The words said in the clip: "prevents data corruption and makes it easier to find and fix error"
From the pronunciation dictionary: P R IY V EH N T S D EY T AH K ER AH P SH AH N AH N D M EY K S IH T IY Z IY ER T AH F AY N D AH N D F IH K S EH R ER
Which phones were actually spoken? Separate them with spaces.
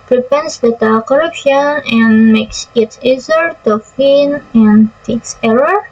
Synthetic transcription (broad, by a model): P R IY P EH N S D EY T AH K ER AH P SH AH N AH N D M EY K S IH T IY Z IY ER T AH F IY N AH N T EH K S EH R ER